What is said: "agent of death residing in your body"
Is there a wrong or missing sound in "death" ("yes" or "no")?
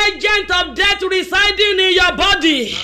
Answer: yes